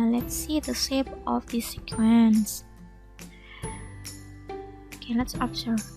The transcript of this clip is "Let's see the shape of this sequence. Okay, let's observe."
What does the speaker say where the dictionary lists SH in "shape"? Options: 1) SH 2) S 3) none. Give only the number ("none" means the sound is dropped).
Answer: 2